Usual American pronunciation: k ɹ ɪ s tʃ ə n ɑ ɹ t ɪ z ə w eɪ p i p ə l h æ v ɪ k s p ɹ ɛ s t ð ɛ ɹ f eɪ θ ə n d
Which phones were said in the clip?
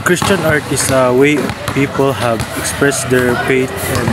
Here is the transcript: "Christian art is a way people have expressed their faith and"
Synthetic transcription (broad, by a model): k ɹ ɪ s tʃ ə n ɑ ɹ t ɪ s ə w eɪ p i p ə l h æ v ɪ k s p ɹ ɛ s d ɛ ɹ p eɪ t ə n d